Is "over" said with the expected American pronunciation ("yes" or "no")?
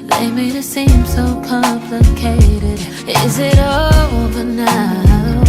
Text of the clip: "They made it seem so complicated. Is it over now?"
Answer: no